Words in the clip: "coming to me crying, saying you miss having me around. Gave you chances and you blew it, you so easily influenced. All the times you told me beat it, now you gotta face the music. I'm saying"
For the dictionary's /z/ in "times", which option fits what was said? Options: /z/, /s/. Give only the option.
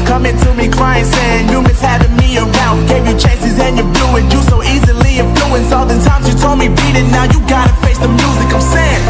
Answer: /z/